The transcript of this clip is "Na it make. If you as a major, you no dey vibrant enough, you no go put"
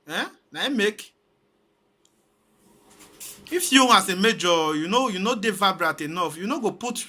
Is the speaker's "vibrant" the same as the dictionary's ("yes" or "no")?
no